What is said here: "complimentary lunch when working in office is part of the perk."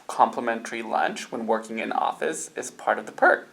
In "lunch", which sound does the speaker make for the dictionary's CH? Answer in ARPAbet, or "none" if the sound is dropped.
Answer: CH